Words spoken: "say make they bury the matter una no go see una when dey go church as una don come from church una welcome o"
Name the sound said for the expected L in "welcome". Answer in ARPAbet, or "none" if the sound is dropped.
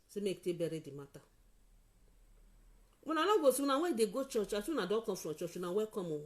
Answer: none